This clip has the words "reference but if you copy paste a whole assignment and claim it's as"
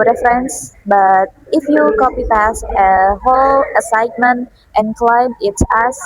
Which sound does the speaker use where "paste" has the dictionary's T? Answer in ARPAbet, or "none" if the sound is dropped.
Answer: none